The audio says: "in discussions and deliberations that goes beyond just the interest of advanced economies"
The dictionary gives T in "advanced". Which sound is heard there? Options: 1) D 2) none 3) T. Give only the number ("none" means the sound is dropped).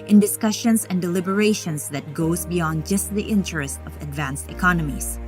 3